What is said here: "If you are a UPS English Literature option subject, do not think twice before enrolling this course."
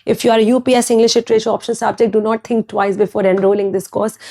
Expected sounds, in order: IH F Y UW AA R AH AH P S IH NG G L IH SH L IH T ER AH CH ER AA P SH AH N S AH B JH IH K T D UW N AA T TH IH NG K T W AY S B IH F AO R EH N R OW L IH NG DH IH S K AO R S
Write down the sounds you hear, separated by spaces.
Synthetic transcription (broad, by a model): IH F Y UW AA R AH P S IH NG G L IH SH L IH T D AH SH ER AA P SH AH N S AH B JH IH K T D UW N AA T T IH NG K T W AY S B IH F AO R EH N R OW L IH NG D IH S K AO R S